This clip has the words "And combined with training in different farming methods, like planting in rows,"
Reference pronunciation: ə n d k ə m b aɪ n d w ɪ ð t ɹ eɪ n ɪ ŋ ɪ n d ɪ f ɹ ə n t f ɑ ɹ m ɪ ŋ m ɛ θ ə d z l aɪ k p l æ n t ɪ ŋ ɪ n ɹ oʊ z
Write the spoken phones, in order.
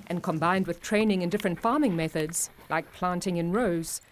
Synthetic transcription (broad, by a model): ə n k ə m b aɪ n d w ɪ ð t ɹ eɪ n ɪ ŋ ɪ n d ɪ f ɹ ə n t f ɑ ɹ m ɪ ŋ m ɛ θ ə d z l aɪ k p l æ n t ɪ ŋ ɪ n ɹ oʊ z